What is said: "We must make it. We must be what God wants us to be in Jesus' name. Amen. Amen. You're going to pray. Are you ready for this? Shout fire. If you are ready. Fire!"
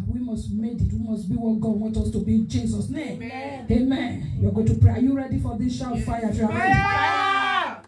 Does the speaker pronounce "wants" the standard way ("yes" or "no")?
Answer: no